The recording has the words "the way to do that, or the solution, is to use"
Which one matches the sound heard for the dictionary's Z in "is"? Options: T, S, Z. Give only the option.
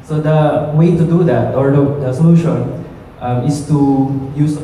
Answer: S